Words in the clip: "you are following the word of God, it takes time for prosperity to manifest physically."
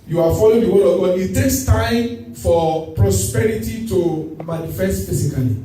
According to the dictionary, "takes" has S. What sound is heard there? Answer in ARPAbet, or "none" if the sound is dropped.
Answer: S